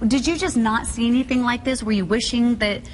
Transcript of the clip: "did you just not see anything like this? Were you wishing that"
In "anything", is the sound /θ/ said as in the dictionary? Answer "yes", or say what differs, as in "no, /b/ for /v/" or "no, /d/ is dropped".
yes